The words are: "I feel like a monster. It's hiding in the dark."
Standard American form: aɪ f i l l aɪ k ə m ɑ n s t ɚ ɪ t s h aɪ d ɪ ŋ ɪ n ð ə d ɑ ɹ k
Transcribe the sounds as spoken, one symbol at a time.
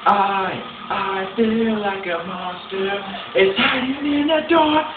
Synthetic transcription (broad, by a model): aɪ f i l l aɪ k ə m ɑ s t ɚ ɪ t s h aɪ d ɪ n ɪ n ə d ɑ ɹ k